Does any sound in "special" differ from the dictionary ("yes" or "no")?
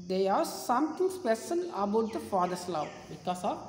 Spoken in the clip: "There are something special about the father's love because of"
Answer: yes